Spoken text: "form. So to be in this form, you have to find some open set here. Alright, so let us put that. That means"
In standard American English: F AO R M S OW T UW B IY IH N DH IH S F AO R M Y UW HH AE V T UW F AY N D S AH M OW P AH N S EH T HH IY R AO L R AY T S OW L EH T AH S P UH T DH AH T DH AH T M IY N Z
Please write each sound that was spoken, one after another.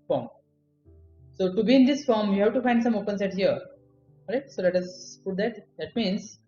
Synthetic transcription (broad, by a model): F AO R M S OW T UW B IY IH N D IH S F AO R M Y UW HH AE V T UW F AY N D S AH M OW P AH N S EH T HH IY R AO R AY T S OW L EH T AH S P UH T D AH T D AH T M IY N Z